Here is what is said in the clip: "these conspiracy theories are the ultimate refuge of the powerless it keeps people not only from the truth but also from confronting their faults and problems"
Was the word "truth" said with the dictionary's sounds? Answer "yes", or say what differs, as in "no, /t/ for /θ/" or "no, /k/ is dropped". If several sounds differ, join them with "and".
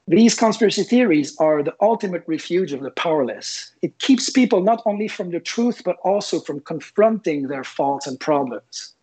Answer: yes